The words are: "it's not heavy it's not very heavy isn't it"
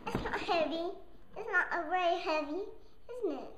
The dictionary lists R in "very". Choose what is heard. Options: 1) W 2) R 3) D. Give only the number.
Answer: 1